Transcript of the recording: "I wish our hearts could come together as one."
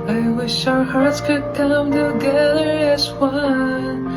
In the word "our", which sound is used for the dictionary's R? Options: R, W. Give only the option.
R